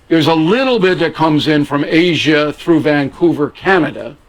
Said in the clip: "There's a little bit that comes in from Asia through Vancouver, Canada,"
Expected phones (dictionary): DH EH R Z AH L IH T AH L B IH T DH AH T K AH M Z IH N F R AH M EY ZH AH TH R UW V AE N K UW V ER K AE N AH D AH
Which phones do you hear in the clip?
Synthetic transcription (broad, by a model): DH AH R Z AH L IH T L B IH T DH AH T K AH M Z IH N F R AH M EY ZH AH TH R UW V AE N K UW V ER K AE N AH D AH